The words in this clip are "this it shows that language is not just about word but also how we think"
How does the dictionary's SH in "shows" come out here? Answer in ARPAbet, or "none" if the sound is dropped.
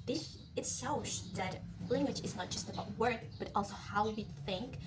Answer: S